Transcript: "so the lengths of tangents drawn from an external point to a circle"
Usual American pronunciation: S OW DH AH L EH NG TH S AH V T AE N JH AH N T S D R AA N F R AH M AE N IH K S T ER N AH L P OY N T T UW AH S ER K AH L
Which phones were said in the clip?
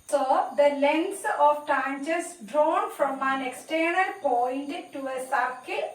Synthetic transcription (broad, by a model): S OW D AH L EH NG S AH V T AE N CH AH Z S D R AA N F R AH M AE N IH K S T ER N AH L P OY N T T UW AH S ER K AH